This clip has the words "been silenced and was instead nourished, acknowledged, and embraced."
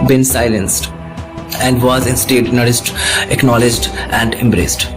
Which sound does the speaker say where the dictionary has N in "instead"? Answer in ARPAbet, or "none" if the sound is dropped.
N